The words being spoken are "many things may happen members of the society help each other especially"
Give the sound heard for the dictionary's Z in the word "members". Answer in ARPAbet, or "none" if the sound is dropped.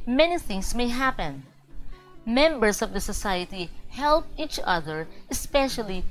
S